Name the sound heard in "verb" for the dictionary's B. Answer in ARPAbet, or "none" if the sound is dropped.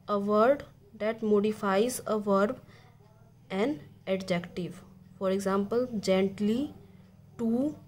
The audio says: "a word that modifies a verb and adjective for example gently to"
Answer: B